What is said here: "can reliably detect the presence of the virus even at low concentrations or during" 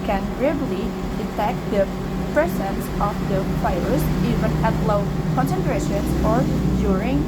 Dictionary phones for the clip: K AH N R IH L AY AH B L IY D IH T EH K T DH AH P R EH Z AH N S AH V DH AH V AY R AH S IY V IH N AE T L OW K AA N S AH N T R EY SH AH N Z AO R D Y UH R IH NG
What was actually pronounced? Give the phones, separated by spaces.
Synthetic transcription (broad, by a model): K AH N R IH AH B L IY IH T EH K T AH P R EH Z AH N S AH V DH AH F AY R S IY V IH N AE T L OW K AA N S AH N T R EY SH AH N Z AO R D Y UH R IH NG